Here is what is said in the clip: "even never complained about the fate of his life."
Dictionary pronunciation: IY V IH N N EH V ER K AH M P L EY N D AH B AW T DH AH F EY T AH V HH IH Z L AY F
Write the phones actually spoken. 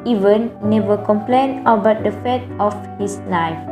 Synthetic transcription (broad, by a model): IY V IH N N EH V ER K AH M P L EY N AH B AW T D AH F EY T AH F HH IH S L AY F